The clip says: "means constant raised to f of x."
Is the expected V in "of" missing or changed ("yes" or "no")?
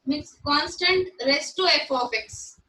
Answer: yes